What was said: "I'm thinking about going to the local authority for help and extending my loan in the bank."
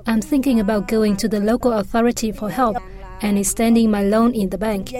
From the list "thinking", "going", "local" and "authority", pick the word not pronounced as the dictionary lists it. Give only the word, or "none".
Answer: none